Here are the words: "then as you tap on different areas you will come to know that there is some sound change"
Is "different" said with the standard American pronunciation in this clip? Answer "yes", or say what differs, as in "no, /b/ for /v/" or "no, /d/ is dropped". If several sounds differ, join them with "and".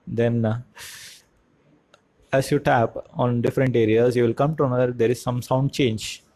yes